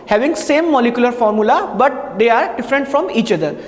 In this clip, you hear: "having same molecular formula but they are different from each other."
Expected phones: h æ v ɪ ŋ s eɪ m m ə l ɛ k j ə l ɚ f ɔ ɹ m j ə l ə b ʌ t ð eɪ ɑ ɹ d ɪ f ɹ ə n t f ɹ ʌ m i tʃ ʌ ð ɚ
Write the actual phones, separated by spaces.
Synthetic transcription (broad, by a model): h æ v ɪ ŋ s eɪ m m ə l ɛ k j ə l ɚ f ɔ ɹ m j ə l ə b ʌ t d eɪ ɑ ɹ d ɪ f ɹ ə n t f ɹ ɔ m i tʃ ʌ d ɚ